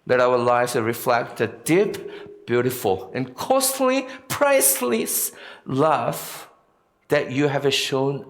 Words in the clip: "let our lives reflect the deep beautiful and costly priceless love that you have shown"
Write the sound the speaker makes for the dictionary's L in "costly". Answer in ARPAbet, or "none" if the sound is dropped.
L